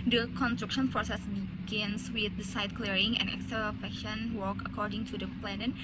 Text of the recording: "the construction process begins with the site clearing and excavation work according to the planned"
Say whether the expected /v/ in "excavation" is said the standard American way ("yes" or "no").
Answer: no